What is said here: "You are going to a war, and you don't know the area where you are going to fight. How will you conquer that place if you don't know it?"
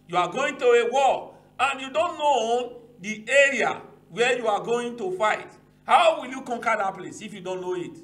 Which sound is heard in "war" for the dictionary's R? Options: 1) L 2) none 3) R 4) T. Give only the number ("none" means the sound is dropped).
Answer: 1